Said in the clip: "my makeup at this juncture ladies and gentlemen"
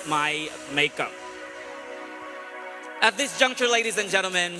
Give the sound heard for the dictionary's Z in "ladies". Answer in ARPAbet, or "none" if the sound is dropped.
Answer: Z